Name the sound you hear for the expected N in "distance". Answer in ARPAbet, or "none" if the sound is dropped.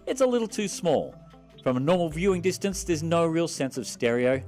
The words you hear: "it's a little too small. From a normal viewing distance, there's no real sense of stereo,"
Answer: N